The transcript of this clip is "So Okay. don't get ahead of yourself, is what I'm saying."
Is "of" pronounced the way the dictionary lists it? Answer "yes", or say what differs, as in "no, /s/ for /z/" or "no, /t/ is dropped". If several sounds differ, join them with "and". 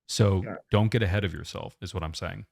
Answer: yes